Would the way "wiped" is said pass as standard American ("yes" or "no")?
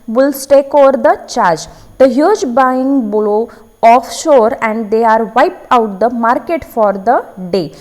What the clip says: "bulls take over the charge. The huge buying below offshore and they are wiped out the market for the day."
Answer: no